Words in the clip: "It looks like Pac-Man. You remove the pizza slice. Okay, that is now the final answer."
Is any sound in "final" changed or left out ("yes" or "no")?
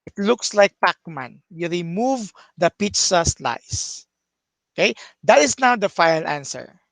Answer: yes